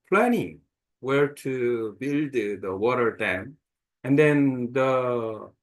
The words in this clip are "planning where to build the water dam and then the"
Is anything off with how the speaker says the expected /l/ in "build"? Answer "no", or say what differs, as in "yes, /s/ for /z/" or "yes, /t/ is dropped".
no